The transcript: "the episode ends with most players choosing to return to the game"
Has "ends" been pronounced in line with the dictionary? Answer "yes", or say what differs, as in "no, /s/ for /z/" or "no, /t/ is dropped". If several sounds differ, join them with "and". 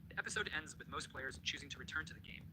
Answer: yes